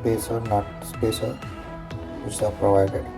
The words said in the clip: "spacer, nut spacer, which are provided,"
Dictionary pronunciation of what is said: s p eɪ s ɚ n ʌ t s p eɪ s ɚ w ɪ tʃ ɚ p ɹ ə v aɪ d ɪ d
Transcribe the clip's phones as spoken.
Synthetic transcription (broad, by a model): p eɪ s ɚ n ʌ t s p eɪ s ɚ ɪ s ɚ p ɹ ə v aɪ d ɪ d